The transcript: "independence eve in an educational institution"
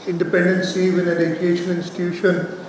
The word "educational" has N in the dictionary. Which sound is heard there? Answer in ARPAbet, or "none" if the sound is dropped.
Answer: none